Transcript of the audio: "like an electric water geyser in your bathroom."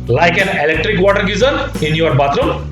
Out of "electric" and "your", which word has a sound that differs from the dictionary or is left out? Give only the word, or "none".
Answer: none